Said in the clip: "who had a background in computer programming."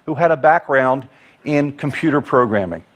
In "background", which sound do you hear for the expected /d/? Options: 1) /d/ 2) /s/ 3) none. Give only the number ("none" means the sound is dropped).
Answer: 1